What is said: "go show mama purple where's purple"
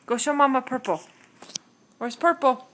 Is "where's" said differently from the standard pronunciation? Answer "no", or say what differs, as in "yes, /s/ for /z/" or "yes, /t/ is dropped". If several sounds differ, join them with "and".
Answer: yes, /s/ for /z/